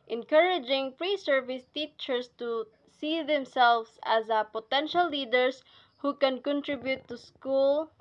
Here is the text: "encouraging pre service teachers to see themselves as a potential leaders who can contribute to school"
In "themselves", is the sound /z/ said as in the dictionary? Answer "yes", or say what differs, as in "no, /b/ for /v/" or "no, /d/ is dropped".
no, /s/ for /z/